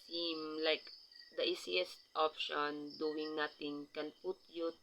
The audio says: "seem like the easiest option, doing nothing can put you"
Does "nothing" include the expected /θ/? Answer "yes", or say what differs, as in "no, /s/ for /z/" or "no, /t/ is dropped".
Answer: no, /t/ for /θ/